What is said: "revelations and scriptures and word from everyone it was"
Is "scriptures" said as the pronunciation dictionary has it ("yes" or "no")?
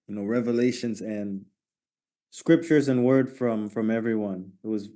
yes